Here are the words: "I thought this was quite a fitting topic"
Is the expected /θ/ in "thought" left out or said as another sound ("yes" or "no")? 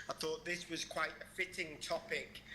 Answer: no